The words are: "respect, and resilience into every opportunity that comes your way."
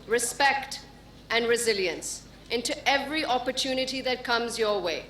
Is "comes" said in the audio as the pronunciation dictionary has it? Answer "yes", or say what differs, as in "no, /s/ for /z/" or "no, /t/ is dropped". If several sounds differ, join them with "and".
yes